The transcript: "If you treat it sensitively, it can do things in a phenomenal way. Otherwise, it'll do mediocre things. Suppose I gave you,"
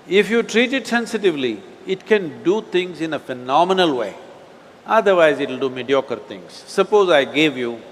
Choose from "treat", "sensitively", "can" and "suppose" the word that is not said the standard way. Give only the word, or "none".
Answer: none